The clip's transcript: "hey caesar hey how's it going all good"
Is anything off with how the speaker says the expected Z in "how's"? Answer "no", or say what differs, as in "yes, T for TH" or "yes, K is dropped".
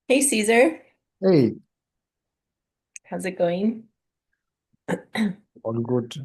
no